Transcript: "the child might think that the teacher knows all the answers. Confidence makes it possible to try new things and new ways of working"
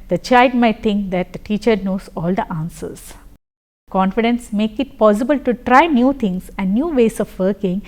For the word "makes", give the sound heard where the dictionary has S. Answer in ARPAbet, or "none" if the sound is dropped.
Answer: none